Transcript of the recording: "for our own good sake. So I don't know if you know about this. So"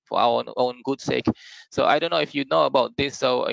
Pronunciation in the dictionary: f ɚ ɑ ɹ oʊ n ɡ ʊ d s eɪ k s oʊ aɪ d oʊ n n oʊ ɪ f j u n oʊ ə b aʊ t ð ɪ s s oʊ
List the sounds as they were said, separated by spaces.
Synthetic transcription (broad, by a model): f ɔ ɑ w oʊ n ɡ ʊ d s eɪ k s oʊ aɪ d oʊ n n oʊ ɪ f j u n oʊ ə b aʊ t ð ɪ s s oʊ